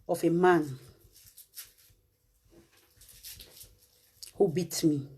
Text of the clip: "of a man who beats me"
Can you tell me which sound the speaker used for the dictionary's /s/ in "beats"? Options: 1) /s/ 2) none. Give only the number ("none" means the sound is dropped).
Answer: 2